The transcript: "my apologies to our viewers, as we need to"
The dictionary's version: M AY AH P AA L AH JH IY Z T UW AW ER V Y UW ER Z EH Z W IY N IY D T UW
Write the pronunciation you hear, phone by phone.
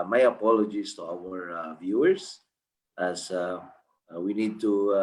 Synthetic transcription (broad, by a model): M AY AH P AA L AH JH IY S T UW AW ER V Y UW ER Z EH S W IY N IY D T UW